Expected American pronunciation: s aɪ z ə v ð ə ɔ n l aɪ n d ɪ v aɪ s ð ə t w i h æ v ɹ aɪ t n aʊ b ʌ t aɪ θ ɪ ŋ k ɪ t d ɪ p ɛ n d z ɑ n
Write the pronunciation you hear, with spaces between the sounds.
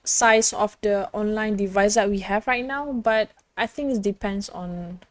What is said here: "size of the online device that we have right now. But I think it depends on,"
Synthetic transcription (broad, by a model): s aɪ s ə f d ə ɔ n l aɪ n d ɪ v aɪ s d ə t w i h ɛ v ɹ aɪ t n aʊ b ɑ t aɪ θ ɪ ŋ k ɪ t d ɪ p ɛ n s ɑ n